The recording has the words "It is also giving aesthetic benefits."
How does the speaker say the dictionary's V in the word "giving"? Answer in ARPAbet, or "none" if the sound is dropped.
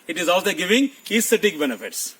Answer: V